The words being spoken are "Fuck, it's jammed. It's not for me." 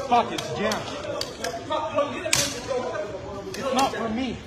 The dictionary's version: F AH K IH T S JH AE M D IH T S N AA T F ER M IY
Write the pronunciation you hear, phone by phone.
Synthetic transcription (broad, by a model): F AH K IH T S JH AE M IH T S N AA T F ER M IY